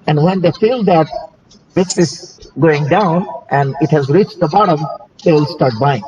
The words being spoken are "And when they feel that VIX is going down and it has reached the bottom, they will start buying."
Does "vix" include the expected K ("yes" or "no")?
no